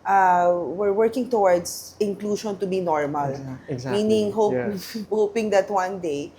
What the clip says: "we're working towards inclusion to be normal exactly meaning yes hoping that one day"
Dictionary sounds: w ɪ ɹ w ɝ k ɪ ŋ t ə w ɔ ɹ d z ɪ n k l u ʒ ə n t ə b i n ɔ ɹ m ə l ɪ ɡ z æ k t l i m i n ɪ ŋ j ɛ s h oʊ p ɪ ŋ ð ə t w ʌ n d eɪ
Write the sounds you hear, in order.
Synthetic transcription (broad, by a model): w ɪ ɹ w ɝ k ɪ ŋ t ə w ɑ ɹ d s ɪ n k l u ʃ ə n t ə b i n ɔ ɹ m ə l l m i n ɪ ŋ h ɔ h oʊ p ɪ ŋ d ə t w ʌ n d eɪ